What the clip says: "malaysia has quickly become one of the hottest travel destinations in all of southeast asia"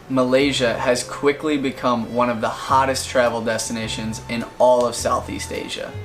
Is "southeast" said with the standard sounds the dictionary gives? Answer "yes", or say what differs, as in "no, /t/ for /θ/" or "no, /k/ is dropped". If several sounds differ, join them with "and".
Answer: yes